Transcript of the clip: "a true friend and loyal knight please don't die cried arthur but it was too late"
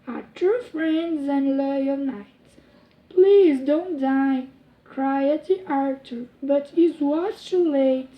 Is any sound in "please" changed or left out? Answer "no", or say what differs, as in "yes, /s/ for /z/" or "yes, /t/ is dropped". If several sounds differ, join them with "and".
no